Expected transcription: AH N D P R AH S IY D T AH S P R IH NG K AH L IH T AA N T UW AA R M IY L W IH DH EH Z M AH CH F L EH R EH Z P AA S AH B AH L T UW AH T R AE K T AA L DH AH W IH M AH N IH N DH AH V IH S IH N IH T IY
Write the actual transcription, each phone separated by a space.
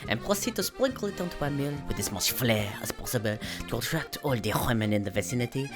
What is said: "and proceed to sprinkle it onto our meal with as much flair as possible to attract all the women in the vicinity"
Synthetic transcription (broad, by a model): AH N P R AH S IY D T AH S P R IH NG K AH L IH T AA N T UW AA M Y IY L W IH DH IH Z M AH S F L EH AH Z P AA S AH B AH L T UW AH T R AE K T AA L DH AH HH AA M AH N IH N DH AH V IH S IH N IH T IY